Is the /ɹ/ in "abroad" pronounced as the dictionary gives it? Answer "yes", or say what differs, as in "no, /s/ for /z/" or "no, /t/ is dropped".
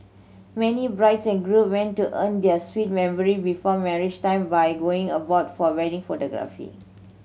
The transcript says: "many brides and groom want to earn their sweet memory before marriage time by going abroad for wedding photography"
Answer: no, /ɹ/ is dropped